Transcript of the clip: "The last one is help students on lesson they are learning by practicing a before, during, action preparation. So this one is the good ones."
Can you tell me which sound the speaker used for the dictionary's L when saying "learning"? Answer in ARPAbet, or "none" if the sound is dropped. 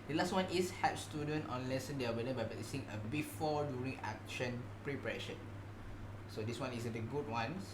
W